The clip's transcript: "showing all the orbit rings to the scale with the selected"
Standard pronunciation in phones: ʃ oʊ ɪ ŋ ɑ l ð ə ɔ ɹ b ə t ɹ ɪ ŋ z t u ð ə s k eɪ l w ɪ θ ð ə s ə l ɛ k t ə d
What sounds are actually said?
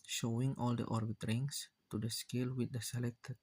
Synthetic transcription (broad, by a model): ʃ oʊ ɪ ŋ ɑ l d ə ɔ ɹ b ə t ɹ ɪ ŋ s t u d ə s k eɪ l w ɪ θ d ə s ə l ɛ k t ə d